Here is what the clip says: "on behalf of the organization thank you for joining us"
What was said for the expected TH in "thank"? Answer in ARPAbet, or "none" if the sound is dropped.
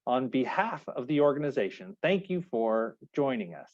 TH